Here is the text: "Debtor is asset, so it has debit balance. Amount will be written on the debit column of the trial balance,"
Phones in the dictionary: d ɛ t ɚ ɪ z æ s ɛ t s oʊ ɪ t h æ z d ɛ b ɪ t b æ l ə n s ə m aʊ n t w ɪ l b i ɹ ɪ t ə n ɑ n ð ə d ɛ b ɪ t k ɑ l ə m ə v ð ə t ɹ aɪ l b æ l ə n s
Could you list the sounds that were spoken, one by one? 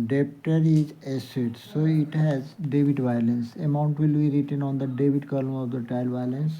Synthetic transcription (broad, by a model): d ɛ t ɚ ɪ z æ s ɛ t s oʊ ɪ t h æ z d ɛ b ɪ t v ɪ l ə n s ə m aʊ n t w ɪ l b i ɹ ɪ t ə n ɑ n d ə d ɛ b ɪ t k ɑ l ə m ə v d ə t aɪ l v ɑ l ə n s